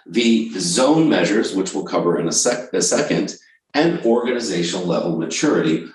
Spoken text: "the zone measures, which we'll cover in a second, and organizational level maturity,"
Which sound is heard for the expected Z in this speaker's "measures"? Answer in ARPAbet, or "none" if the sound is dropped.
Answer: Z